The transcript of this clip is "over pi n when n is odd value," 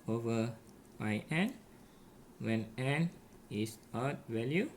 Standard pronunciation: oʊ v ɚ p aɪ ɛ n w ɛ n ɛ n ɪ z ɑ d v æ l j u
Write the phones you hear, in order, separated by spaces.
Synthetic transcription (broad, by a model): oʊ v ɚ b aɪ ɛ n w ɛ n ɛ n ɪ s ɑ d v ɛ l j u